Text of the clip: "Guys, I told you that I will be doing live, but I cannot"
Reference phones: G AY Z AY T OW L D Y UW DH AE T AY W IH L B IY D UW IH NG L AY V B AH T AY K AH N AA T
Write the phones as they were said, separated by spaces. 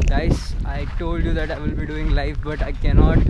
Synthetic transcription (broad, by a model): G AY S AY T OW L D Y UW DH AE T AY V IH L B IY D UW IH NG L AY F B AH T AY K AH N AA T